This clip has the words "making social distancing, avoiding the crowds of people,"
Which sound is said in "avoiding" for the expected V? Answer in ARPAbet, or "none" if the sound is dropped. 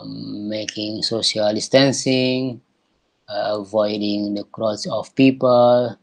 V